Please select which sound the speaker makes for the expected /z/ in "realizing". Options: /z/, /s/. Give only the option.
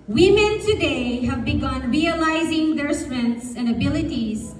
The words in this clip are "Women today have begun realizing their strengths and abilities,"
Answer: /z/